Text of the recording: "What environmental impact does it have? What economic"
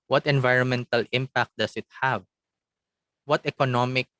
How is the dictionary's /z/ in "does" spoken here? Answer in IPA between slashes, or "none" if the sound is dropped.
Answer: /s/